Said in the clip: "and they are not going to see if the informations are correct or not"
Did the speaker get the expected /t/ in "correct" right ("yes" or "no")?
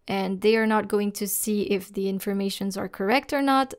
yes